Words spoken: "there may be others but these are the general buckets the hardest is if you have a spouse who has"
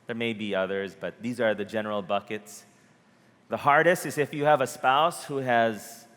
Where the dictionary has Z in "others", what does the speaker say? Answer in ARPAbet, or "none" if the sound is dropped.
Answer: Z